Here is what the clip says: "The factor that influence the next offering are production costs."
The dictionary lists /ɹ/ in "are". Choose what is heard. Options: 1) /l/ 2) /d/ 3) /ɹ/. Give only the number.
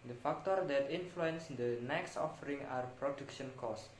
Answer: 3